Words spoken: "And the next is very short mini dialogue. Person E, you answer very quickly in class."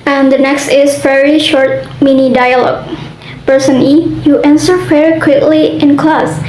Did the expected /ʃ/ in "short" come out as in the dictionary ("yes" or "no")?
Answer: yes